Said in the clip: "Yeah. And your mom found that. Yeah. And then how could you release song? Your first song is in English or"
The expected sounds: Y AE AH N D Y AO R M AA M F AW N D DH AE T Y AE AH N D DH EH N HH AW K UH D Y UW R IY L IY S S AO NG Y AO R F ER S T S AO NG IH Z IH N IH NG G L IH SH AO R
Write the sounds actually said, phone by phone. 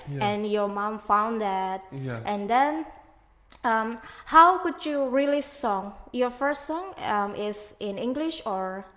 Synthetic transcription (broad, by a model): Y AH N Y AO R M AA M F AW N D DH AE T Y AH N D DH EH N HH AW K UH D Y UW R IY L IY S S AO NG Y AO R F ER S T S AO NG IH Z IH N IH NG G L IH SH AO R